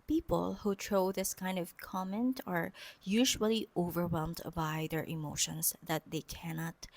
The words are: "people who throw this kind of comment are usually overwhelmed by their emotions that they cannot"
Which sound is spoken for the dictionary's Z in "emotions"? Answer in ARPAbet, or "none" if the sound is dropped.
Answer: S